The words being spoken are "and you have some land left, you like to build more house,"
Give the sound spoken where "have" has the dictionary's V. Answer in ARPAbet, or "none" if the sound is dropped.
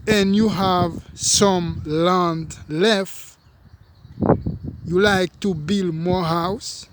V